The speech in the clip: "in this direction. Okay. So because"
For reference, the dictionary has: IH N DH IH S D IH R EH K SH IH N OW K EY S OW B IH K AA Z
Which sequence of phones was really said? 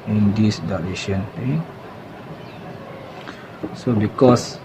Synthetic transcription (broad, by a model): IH N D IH S D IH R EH SH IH N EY S OW B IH K AA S